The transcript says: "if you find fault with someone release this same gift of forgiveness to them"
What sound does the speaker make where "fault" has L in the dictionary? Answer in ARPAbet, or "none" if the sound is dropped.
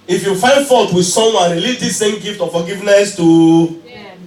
none